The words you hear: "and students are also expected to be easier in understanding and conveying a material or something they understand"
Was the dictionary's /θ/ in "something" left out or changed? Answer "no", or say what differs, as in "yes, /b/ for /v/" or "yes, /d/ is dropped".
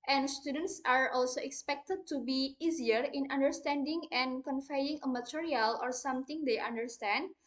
yes, /t/ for /θ/